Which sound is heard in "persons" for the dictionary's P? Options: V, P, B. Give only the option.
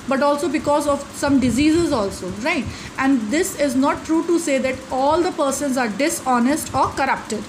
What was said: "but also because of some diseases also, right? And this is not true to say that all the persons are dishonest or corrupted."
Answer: P